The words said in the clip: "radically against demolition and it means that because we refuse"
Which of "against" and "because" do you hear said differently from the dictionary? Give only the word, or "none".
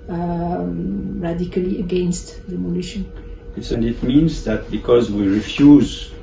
none